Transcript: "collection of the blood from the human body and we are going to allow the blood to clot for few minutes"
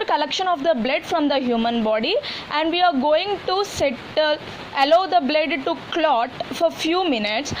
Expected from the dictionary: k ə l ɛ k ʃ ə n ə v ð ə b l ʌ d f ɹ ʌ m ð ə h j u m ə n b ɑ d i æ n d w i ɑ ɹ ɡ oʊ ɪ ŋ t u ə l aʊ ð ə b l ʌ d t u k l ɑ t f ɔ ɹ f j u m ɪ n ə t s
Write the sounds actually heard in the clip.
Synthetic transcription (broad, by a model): k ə l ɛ k ʃ ə n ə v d ə b l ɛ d f ɹ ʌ m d ə h j u m ə n b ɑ d i æ n d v i ɑ ɹ ɡ oʊ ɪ ŋ t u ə l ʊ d ə b l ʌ d t u k l ɑ t f ɔ ɹ f j u m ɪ n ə t s